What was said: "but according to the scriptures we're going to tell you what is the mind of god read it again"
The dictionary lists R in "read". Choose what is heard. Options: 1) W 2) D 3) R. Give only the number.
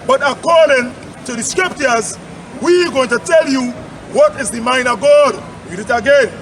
1